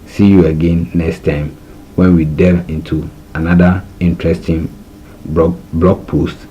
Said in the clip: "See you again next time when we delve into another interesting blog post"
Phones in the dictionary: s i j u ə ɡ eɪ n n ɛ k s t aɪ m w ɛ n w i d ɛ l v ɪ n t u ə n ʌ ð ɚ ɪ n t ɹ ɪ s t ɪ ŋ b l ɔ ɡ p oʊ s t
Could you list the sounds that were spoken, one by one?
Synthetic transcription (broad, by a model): s i j u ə ɡ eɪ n n ɛ k s t aɪ m w ɛ n w i d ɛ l ɪ n t u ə n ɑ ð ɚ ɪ n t ɹ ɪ s t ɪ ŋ b l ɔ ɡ p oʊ s t